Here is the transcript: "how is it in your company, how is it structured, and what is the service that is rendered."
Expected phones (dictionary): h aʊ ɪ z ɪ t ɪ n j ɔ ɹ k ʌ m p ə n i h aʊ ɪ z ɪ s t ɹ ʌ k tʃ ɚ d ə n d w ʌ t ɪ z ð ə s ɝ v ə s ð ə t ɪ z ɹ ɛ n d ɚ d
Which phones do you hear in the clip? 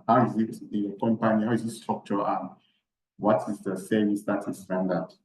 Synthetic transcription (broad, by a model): h aʊ ɪ z ɪ t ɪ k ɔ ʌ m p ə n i h aʊ ɪ z ɪ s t ɔ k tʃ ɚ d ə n w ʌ t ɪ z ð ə s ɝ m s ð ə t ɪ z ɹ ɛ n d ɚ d